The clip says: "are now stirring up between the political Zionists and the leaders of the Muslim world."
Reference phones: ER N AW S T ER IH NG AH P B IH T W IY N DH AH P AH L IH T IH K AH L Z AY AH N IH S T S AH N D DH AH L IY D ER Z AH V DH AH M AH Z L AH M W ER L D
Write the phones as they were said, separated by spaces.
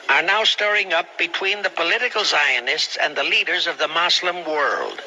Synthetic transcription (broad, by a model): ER N AW S T ER IH NG AH P B IH T W IY N DH AH P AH L IH T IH K L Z AY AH N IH S T S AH N DH AH L IY D ER Z AH V DH AH M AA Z L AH M W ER L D